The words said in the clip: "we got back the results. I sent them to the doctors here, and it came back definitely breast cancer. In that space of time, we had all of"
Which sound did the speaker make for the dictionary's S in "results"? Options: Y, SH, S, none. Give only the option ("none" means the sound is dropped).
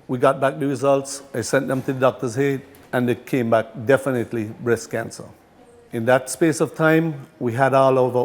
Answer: S